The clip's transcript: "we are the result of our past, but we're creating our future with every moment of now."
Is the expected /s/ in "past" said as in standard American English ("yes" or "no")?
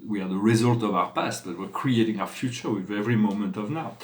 yes